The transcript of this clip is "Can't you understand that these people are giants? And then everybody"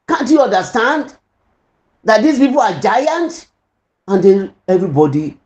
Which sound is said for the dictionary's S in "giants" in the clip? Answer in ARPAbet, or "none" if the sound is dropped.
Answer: none